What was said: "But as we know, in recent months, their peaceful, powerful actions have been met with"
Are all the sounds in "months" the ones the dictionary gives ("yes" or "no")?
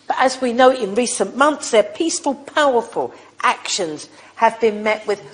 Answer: yes